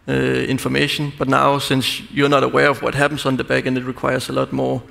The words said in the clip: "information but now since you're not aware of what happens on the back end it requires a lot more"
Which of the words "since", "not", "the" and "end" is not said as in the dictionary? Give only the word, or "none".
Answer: end